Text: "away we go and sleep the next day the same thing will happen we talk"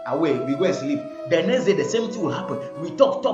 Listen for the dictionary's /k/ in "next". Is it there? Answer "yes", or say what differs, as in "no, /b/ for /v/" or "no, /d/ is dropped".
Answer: no, /k/ is dropped